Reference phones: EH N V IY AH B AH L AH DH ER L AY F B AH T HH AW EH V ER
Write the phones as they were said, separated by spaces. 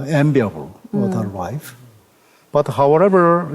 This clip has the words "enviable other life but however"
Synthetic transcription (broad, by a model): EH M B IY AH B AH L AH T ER W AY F B AH T HH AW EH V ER